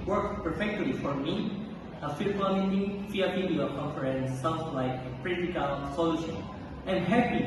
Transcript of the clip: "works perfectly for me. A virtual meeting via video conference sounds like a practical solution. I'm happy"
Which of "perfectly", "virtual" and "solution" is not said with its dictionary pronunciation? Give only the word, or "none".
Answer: virtual